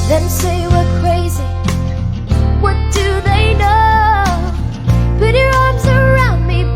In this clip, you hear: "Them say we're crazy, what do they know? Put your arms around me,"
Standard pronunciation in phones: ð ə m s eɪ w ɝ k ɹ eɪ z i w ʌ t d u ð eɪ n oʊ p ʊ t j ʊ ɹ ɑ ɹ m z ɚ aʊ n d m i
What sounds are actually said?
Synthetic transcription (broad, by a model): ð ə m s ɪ w ɝ k ɹ eɪ z i w ʌ t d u ð eɪ n oʊ b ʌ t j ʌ ɹ ɑ ɹ m z ɚ aʊ n d m i